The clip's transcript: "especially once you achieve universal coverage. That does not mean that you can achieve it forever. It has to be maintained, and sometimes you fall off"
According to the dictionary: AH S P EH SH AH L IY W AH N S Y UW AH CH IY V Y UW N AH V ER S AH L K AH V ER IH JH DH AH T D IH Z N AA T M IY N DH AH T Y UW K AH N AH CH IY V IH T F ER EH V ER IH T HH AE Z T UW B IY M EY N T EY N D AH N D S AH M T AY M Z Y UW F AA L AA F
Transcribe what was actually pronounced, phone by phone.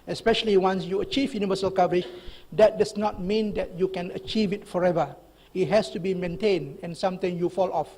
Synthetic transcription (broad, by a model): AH S P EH SH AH L IY W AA N S Y UW AH CH IY V Y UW N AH V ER S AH L K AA V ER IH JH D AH T D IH S N AA T M IY N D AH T Y UW K AH N AH CH IY V IH T F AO EH V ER IH T HH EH S T UW B IY M EY N T EY N D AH N S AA M T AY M Y UW F AA L AA F